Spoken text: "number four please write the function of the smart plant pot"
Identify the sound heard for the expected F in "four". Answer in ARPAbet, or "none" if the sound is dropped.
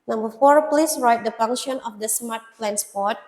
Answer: F